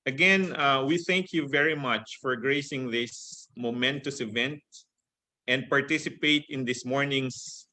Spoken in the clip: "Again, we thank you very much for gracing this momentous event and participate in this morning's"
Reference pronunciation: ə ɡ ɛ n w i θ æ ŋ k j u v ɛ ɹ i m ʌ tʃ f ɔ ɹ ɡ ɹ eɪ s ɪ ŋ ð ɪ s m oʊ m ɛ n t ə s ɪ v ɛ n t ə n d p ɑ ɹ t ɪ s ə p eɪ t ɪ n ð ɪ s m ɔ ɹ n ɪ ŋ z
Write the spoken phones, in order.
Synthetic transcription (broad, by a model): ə ɡ ɛ n w i θ æ ŋ k j u v ɛ ɹ i m ʌ tʃ f ɔ ɹ ɡ ɹ eɪ s ɪ ŋ ð ɪ s m oʊ m ɛ n t ə s ɪ v ɛ n t ə n d p ɑ ɹ t ɪ s ə p eɪ t ɪ n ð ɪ s m ɔ ɹ n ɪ ŋ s